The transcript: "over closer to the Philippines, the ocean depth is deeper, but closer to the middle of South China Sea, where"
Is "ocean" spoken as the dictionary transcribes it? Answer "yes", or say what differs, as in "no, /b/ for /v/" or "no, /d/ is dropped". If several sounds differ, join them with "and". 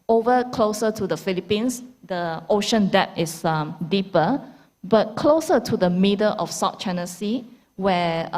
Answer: yes